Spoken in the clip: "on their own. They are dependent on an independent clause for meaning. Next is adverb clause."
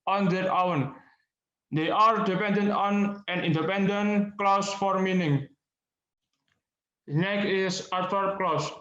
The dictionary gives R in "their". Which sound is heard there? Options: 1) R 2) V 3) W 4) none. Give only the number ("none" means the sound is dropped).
3